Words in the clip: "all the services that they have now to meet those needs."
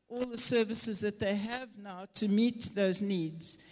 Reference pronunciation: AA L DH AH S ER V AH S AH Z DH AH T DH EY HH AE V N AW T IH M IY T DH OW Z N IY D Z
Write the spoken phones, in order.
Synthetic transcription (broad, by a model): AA L DH AH S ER V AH S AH Z DH AH T DH EY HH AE V N AW T IH M IY T DH OW Z N IY D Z